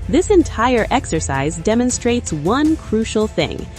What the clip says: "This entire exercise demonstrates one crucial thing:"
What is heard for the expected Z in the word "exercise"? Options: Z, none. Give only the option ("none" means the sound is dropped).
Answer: Z